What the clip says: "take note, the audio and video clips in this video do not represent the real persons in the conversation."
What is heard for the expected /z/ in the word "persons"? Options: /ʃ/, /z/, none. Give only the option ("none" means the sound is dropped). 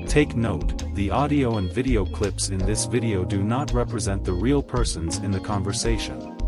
/z/